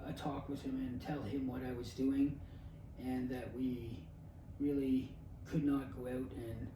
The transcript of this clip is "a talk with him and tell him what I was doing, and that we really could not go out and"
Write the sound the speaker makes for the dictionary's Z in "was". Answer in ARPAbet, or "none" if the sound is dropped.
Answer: Z